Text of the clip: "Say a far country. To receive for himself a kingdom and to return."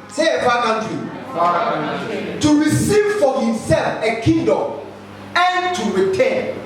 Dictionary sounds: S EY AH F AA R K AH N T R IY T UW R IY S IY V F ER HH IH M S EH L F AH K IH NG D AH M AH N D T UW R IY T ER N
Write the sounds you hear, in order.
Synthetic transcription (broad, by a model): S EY AH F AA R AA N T IY T UW R IY S IY V F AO HH IH M S EH L F AH K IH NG D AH M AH N T UW R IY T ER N